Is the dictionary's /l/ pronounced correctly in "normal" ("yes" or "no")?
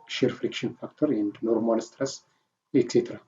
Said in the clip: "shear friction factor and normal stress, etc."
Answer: yes